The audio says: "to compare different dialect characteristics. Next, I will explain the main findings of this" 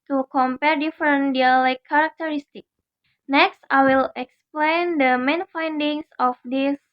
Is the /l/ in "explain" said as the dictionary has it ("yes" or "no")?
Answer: yes